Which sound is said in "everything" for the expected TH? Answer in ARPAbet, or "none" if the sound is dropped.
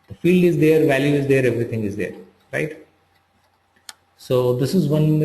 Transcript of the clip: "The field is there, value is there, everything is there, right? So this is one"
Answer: T